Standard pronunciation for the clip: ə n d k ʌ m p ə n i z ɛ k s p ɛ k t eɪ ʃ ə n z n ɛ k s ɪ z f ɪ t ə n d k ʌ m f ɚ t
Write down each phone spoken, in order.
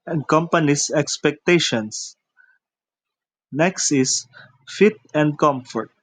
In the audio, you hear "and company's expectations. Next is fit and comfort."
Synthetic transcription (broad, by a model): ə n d k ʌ m p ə n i s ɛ k s p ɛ k t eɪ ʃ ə n s n ɛ k s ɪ s f ɪ t ə n d k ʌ m f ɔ t